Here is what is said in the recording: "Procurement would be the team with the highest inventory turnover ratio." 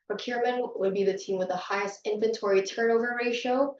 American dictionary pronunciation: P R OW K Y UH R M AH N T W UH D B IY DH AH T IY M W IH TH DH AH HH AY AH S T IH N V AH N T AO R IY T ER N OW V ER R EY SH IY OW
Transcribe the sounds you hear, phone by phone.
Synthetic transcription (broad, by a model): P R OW K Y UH R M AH N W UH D B IY DH AH T IY M W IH DH AH HH AY AH S T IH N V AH N T AO R IY T ER N OW V ER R EY SH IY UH